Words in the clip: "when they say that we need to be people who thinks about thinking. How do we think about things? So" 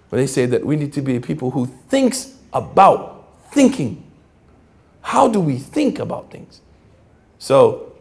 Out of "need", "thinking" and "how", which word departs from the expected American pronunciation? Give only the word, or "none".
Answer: none